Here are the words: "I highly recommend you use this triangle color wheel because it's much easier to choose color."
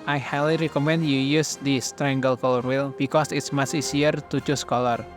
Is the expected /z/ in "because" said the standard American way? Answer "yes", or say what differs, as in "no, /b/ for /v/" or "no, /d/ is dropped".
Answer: no, /s/ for /z/